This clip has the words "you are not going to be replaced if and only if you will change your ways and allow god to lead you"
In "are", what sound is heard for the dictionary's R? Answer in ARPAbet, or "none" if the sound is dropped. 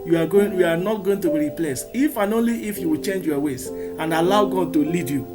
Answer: W